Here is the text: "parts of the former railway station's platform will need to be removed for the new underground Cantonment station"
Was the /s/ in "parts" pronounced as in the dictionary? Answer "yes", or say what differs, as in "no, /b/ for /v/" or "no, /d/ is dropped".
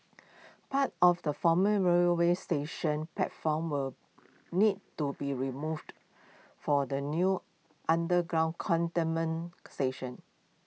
no, /s/ is dropped